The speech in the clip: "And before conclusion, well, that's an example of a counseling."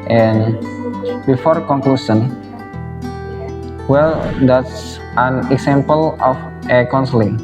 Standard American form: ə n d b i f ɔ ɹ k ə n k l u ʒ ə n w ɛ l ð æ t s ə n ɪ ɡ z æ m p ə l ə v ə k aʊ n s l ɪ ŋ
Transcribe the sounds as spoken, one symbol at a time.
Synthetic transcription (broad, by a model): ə n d b i f ɔ ɹ k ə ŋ k l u s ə n w ɛ l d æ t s ə n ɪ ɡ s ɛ m p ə l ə f ə k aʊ n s l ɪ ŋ